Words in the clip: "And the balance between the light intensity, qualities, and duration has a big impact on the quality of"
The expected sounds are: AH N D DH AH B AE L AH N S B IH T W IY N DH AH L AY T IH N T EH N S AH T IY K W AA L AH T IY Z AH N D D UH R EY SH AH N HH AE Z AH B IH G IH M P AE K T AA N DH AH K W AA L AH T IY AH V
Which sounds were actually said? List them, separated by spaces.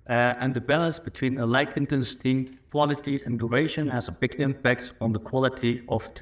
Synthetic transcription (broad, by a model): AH N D DH AH B AE L AH N S B IH T W IY N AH L AY T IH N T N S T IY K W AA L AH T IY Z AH N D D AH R EY SH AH N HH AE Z AH B IH G IH M P AE K T N DH AH K W AA L AH T IY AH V